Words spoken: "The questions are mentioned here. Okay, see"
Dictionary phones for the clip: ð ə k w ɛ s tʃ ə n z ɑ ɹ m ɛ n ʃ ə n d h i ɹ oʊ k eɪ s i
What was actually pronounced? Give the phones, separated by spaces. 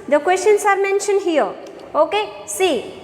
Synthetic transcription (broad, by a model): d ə k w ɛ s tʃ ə n s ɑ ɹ m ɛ n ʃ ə n h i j oʊ k eɪ s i